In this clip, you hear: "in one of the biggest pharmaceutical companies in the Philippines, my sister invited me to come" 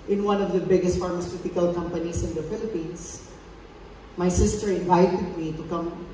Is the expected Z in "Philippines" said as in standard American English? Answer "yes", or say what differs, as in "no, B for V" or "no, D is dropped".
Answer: no, S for Z